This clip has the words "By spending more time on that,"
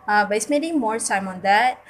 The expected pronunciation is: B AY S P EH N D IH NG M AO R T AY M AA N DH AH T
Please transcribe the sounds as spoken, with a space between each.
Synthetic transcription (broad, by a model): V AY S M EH D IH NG M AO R S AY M AA N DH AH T